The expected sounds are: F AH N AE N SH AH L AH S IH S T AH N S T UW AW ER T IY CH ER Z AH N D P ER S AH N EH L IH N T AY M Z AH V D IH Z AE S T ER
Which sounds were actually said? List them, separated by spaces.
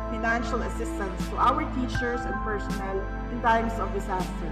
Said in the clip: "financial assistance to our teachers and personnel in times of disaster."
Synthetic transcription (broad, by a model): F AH N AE N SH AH L AH S IH S T AH N S T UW AW ER T IY CH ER S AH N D P ER S AH N EH L IH N T AY M S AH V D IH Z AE S T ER